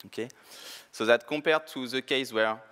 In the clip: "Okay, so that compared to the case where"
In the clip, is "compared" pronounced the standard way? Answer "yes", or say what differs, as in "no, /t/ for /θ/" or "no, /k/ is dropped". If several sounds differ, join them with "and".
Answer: no, /m/ is dropped